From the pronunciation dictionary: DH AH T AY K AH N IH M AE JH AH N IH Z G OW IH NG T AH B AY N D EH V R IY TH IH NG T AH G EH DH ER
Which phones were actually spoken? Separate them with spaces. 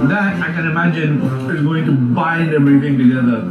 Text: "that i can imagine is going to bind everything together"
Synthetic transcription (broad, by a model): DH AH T AY K AH N IH M AE JH AH N IH Z G OW IH NG T AH B AY N D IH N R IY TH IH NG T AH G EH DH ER